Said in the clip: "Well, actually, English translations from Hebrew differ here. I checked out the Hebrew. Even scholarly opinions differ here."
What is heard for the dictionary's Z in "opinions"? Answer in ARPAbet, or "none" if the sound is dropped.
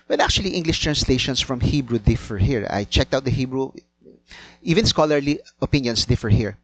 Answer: S